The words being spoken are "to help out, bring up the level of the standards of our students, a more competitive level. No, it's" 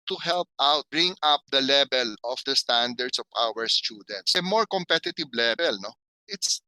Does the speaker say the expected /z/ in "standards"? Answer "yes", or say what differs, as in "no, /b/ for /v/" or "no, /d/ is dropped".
no, /s/ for /z/